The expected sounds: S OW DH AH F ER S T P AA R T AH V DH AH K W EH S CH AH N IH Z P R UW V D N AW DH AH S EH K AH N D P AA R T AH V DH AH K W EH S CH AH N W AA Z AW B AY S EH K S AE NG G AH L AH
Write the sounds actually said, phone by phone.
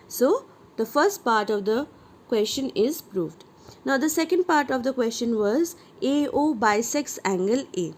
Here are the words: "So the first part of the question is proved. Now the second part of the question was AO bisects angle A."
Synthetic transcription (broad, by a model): S OW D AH F ER S T P AA R T AH V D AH K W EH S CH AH N IH Z P R UW V D N AW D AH S EH K AH N D P AA R T AH V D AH K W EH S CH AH N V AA Z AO B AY S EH K S AE NG G AH L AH